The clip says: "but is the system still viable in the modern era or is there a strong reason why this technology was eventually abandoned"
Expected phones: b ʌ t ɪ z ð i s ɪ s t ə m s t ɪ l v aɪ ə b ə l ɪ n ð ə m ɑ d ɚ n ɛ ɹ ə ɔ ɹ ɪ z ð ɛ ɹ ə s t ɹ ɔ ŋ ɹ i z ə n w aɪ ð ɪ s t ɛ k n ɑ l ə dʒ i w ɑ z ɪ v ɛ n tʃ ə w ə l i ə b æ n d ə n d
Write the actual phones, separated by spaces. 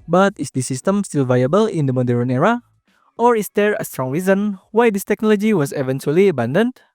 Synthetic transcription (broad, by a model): b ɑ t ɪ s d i s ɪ s t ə m s t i l v aɪ ə b ə l ɪ n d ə m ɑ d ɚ n ɛ ɹ ə ɔ ɹ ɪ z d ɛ ɹ ə s t ɹ ɔ ŋ ɹ i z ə n w aɪ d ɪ s t ɛ k n ɑ l ə dʒ i w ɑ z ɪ v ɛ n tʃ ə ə l i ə b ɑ n d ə n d